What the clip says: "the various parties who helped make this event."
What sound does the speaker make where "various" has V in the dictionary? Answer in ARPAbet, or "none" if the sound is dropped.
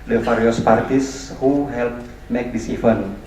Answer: F